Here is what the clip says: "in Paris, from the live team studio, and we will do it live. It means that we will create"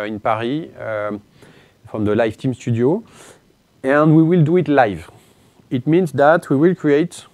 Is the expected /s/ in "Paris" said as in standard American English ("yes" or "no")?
no